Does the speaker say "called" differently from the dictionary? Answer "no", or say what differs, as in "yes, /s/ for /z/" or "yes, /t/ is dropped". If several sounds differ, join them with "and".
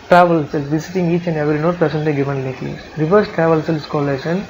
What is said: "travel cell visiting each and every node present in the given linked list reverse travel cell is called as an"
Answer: yes, /d/ is dropped